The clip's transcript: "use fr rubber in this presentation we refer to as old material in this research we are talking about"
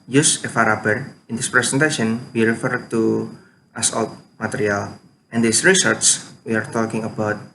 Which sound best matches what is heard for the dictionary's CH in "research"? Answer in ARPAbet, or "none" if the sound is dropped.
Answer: S